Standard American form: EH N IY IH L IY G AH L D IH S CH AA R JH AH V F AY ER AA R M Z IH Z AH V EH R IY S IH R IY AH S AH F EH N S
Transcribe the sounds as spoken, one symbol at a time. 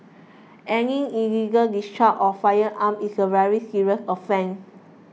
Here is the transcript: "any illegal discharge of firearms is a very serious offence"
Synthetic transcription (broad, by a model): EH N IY IH L IY G AH L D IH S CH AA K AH F AY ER AA M IH S AH V EH R IY S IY R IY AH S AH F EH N